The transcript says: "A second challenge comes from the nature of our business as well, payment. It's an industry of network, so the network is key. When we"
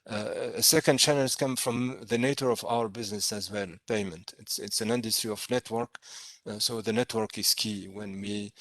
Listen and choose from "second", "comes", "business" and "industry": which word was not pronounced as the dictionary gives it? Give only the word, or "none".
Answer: comes